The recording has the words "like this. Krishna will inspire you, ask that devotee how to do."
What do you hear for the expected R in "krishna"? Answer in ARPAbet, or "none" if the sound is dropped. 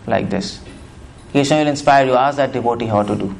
none